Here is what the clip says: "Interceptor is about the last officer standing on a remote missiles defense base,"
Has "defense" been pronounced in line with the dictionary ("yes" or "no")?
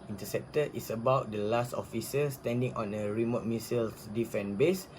no